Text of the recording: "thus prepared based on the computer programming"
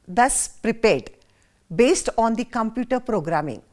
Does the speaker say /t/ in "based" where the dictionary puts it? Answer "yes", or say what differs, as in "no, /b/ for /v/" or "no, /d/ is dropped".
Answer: yes